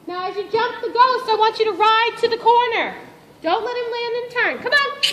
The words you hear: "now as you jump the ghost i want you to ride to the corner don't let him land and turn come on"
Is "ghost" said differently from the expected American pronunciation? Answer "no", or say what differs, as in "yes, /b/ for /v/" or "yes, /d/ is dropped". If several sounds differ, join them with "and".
no